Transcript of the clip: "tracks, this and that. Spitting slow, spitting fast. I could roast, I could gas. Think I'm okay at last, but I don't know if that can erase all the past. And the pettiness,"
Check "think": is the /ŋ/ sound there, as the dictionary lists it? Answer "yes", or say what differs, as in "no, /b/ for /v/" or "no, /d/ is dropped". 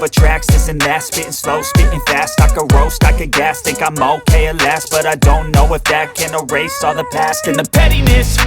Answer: no, /ŋ/ is dropped